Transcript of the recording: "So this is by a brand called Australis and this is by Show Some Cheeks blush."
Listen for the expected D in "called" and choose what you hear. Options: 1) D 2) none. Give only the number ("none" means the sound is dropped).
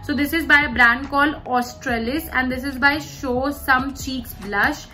2